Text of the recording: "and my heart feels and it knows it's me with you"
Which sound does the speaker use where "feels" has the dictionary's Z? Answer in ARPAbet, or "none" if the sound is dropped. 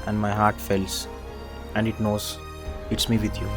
S